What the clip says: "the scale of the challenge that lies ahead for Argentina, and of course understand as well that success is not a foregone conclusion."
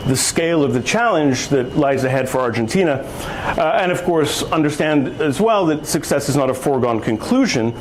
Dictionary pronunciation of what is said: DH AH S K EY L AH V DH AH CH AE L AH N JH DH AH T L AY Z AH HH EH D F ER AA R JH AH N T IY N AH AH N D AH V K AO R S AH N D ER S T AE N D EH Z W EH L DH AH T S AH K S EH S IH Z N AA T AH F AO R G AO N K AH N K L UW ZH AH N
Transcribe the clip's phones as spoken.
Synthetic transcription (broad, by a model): DH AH S K EY L AH V DH AH CH AE L AH N JH DH AH T L AY Z AH HH EH D F ER AA R JH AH N T IY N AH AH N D AH V K AO R S AH N D ER S T AE N D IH Z W EH L DH AH T S AH K S EH S IH Z N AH T AH F AO R G AO N K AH N K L UW ZH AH N